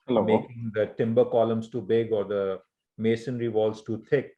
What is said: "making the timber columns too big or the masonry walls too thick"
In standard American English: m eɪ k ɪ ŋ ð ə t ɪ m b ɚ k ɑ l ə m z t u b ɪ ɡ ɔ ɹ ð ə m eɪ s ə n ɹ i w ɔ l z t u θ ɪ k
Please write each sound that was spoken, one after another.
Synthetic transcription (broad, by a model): m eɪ k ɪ ŋ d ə t ɪ m b ɚ k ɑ l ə m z t u b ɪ ɡ ɔ ɹ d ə m eɪ s ə n ɹ i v ɔ l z t u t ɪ k